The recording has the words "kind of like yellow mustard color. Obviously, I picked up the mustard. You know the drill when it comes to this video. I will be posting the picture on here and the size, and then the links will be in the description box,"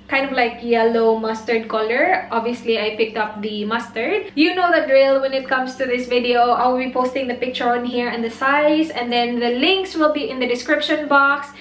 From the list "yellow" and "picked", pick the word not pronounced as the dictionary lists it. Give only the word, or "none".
none